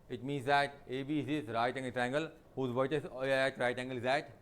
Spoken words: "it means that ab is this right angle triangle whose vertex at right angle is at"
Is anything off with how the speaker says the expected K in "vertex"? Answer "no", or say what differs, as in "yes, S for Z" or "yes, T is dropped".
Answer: yes, K is dropped